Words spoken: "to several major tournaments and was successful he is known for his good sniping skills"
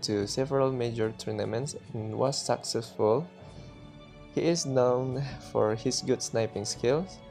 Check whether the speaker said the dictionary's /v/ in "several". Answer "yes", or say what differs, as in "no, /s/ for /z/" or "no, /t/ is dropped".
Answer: yes